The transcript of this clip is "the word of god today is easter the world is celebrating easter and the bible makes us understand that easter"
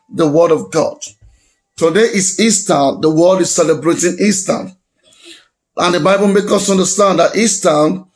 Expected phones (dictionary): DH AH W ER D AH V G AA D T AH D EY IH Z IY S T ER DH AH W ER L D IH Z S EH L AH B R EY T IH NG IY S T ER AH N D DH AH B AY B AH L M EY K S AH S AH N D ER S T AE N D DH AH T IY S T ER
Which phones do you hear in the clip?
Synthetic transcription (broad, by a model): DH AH W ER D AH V G AA D T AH D EY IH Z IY S T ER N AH W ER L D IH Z S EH L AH B R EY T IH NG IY S T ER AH N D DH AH B AY B AH L M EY K AH S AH N D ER S T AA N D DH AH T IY S T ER